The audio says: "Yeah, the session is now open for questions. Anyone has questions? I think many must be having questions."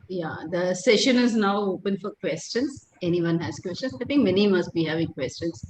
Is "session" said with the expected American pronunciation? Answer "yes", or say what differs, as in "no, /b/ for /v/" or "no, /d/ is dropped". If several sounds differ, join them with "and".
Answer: yes